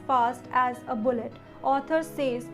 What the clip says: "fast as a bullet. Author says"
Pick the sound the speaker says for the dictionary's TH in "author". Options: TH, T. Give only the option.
T